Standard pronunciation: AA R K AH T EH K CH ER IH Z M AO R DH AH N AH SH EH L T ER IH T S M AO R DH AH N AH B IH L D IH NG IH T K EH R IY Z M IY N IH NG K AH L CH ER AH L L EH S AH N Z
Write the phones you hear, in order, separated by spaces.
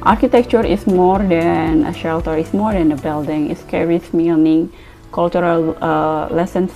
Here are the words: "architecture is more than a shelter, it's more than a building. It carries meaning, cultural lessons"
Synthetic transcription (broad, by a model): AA R K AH T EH K CH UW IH S M AO R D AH N AH SH EH L T ER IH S M AO R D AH N AH B IH L D IH NG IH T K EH R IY S M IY N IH NG K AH L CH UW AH L L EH S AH N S